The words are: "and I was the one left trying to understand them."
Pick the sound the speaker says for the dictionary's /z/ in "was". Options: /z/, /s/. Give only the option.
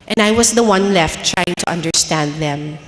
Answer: /s/